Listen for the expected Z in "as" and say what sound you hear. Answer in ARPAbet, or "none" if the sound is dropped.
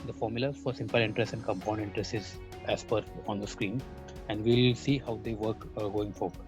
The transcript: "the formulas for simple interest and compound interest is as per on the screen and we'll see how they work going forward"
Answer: S